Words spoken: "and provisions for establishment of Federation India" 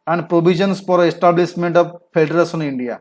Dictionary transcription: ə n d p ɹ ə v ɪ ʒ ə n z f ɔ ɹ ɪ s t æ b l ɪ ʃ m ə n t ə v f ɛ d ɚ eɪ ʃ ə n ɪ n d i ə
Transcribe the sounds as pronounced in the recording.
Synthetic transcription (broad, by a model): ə n d p ɹ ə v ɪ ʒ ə n s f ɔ ɹ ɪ s t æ b l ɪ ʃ m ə n t ə v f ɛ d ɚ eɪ s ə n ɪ n d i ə